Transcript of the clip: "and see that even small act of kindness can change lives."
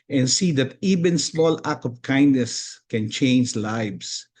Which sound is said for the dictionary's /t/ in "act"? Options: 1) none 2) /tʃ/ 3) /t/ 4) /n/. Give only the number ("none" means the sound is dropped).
1